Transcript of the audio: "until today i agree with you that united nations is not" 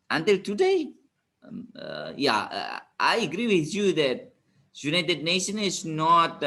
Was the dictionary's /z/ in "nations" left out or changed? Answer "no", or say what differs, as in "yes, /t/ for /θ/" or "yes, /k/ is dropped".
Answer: yes, /z/ is dropped